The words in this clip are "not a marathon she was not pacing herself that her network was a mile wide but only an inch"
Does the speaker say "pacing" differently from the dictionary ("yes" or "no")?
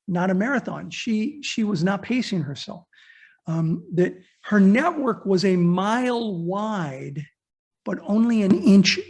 no